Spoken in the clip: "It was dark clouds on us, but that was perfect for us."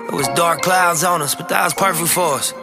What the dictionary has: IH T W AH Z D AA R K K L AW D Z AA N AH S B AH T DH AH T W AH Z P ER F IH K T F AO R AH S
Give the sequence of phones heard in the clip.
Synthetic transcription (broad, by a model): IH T W AH Z D AA R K K L AW D Z AA N AH S B AH T DH AH T W AH Z P ER F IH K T F AO R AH S